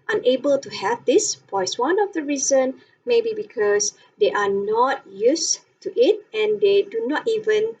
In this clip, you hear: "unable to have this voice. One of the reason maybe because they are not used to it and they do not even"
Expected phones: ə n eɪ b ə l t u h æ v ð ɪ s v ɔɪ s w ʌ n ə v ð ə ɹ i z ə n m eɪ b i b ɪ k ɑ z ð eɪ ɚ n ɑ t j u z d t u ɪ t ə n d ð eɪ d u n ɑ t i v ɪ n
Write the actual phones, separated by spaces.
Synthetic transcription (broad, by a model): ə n eɪ b ə l t u h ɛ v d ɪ s p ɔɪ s w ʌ n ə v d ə ɹ i z ə n m eɪ b i b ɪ k ɑ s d eɪ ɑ n ɑ t j u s t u ɪ t ə n d eɪ d u n ɑ t i v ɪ n